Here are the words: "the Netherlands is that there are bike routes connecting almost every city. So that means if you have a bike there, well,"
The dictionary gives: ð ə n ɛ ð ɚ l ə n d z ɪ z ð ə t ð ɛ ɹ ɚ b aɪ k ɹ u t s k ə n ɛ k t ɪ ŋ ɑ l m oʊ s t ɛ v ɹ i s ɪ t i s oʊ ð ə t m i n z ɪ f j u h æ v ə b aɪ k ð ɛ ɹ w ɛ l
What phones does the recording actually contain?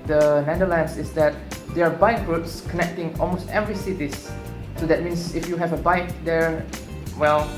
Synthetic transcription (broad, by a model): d ə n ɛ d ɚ l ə n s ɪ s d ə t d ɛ ɹ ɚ b aɪ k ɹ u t s k ə n ɛ k t ɪ ŋ ɑ l m oʊ s t ɛ v ɹ i s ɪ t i s oʊ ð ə t m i n s ɪ f j u h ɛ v ə b aɪ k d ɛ ɹ w ɛ l